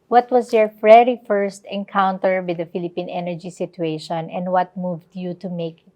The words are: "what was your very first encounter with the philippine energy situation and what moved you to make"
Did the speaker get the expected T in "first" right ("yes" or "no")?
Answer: yes